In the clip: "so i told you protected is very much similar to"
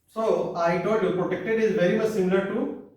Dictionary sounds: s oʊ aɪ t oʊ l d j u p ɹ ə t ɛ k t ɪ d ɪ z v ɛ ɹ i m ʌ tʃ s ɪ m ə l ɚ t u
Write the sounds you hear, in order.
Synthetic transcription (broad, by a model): s oʊ aɪ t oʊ d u p ɹ ə t ɛ k t ɪ d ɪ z v ɛ ɹ i m ʌ tʃ s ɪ m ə l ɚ t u